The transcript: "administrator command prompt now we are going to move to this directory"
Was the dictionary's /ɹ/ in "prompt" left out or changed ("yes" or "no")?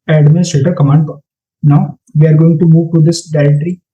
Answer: yes